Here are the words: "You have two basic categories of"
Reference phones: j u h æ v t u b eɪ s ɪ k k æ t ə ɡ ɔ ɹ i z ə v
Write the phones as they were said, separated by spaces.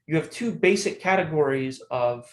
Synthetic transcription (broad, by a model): j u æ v t u b eɪ s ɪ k k æ t ə ɡ ɔ ɹ i z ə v